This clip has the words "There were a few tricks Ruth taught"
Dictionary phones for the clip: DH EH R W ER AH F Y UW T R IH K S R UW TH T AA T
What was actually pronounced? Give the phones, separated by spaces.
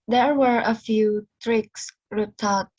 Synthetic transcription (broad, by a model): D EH R W ER AH F Y UW T R IH K S R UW T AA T